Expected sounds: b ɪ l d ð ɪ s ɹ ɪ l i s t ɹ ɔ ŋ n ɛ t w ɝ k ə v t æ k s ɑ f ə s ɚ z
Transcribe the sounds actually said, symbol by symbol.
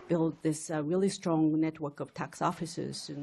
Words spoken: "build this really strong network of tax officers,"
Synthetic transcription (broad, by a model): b ɪ l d ð ɪ s ɹ ɪ l i s t ɹ ɔ ŋ n ɛ t w ɝ k ə v t æ k s ɑ f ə s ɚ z